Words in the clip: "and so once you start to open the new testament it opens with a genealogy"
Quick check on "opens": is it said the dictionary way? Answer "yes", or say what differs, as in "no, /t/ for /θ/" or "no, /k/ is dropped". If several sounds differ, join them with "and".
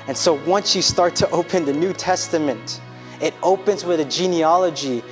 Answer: yes